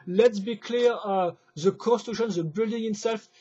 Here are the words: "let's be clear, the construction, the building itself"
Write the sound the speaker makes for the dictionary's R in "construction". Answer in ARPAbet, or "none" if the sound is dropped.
none